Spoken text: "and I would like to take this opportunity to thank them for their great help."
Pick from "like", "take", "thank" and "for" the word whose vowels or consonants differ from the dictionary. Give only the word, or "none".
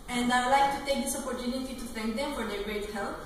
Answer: thank